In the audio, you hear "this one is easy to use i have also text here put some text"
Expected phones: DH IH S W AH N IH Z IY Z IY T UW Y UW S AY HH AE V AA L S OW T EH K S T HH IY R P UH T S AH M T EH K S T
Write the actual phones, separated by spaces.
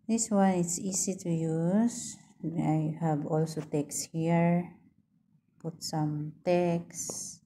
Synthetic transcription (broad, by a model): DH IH S W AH N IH S IY S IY T UW Y UW S AY HH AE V AA L S OW T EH K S HH IY R P UH T S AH M T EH K S